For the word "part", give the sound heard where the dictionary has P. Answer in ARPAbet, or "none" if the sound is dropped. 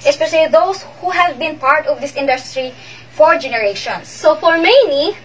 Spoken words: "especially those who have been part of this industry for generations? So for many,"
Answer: P